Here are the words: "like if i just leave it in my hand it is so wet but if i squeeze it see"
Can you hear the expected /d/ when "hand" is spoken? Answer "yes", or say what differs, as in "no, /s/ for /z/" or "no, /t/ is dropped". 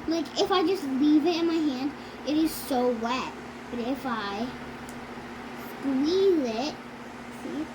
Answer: yes